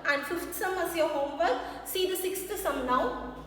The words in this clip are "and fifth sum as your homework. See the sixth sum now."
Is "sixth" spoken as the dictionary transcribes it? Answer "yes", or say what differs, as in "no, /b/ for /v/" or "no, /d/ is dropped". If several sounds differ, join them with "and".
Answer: no, /t/ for /θ/